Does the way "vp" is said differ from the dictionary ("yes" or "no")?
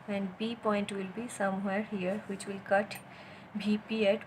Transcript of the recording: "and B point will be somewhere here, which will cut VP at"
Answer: yes